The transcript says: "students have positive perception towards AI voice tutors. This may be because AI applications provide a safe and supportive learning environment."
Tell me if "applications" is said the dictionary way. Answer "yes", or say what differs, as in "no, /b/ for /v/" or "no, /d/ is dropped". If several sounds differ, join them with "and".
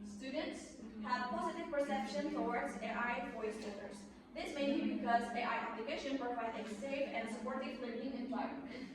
no, /b/ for /p/